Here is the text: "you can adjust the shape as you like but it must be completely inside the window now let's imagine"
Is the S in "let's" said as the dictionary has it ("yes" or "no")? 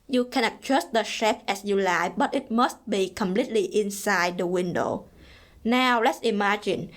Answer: yes